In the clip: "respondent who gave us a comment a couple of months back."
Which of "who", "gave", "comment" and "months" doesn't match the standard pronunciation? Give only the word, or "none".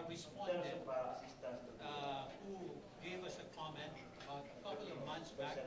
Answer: months